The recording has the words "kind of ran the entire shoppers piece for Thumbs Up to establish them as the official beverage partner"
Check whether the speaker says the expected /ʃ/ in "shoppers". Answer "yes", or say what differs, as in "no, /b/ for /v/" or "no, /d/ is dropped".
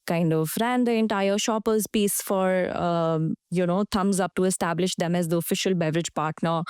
yes